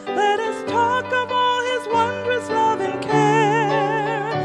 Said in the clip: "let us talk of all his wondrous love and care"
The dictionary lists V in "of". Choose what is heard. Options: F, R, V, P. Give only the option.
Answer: V